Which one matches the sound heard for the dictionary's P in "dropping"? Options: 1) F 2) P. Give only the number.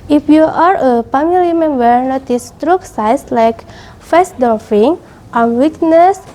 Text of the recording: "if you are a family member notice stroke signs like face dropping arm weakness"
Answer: 1